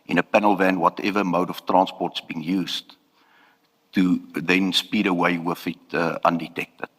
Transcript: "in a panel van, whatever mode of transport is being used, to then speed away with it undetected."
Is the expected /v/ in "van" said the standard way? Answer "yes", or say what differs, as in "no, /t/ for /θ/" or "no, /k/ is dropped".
yes